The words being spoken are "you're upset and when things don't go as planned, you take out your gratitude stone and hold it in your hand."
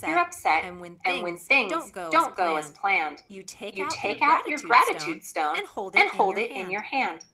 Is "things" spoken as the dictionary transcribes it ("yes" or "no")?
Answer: yes